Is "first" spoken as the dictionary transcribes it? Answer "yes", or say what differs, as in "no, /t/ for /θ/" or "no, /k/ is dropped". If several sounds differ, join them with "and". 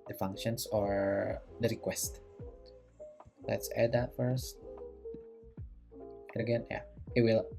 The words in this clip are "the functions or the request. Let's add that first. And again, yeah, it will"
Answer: yes